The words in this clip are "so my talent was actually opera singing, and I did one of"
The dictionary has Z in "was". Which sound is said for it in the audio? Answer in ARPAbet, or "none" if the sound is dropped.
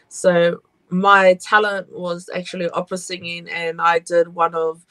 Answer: Z